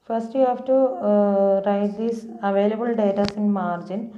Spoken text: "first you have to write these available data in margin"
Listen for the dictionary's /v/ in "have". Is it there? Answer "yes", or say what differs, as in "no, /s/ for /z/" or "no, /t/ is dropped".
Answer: no, /f/ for /v/